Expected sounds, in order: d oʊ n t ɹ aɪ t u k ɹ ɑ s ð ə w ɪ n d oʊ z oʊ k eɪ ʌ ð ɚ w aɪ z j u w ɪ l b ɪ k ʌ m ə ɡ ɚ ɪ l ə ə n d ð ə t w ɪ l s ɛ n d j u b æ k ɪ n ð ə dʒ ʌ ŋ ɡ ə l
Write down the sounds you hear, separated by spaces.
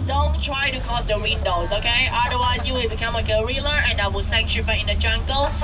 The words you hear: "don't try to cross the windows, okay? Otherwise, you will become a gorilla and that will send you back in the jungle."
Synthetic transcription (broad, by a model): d oʊ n t ɹ aɪ t u k ɑ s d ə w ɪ n d oʊ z oʊ k eɪ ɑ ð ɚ w aɪ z j u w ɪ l b ɪ k ʌ m ə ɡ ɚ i l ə ə n d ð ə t w ɪ l s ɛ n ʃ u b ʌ ɪ n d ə dʒ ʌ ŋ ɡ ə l